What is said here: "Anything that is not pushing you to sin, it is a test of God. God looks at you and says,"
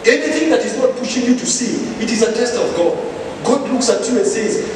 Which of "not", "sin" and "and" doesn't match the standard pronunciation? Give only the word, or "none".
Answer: sin